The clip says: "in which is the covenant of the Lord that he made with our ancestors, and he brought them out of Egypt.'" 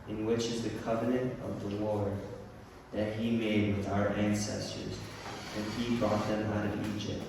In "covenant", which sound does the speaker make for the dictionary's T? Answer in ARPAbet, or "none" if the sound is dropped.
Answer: T